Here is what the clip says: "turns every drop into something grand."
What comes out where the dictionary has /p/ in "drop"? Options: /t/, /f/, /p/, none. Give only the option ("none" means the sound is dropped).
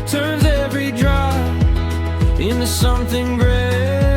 none